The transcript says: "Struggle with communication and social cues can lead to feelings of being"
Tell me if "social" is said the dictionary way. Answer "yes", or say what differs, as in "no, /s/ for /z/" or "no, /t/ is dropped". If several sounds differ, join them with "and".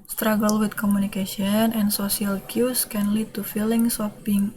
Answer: no, /s/ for /ʃ/